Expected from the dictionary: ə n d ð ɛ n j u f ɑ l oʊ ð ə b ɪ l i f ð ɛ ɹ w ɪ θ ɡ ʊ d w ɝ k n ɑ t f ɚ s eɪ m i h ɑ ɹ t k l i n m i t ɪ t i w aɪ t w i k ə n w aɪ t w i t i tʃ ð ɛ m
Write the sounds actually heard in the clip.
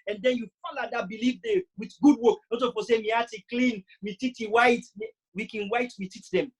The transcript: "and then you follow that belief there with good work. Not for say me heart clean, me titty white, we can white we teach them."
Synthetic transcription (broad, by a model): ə n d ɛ n j u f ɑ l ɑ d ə b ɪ l i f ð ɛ w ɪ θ ɡ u d w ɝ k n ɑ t p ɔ s eɪ m i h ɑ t k l i n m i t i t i w aɪ t w i k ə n w aɪ t w i t i tʃ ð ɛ m